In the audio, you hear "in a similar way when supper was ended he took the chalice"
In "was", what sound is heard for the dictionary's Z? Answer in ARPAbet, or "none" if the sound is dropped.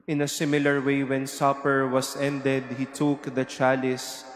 S